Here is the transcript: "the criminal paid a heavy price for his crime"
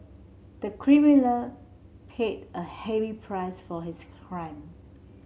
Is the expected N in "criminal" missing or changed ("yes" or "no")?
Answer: yes